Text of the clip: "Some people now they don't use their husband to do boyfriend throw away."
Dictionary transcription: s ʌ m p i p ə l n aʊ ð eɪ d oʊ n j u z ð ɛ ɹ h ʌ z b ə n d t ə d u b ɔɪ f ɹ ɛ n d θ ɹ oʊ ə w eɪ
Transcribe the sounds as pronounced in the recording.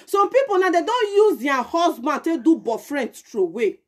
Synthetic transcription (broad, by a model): s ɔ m p i p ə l n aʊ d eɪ d oʊ n j u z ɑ h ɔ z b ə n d t ə d u b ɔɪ f ɹ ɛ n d t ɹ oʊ w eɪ